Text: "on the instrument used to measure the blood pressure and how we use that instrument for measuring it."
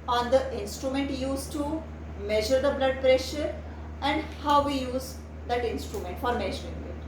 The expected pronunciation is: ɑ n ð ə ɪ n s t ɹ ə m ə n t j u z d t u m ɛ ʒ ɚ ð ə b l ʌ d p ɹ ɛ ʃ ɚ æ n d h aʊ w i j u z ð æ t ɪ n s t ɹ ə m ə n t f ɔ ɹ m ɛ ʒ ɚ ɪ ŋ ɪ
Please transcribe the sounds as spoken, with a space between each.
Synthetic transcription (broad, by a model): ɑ n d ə ɪ n s t ɹ ə m ə n t j u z t u m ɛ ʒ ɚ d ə b l ʌ d p ɹ ɛ ʃ ɚ æ n d h aʊ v i j u z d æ t ɪ n s t ɹ ə m ə n t f ɔ ɹ m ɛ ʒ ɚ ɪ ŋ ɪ